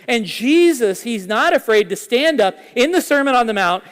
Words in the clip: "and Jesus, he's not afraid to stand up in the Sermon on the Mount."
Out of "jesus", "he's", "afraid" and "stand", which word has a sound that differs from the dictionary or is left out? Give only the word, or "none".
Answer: none